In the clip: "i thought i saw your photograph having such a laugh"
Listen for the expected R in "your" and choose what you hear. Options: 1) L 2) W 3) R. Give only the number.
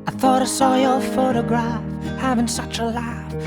1